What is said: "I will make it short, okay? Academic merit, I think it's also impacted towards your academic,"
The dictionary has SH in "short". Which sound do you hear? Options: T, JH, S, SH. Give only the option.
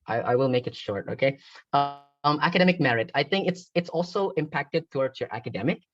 SH